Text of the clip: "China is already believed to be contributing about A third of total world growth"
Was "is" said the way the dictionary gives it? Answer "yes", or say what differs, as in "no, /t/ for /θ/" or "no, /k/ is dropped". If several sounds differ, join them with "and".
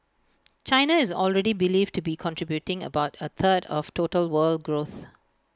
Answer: yes